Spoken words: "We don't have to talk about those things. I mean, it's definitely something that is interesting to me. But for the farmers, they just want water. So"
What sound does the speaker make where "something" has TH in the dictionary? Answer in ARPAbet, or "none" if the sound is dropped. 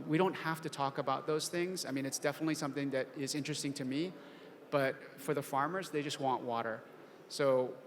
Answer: TH